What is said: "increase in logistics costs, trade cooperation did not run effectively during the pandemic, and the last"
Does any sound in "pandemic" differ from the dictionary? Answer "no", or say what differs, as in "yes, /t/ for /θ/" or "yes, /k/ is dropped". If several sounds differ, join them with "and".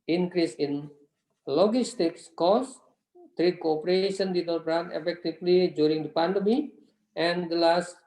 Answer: yes, /k/ is dropped